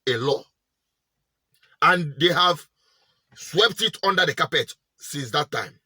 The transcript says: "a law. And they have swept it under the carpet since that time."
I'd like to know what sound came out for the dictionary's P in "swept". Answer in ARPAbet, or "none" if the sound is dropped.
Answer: P